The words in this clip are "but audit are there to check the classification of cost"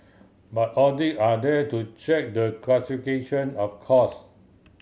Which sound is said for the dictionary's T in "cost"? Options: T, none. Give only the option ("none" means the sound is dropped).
none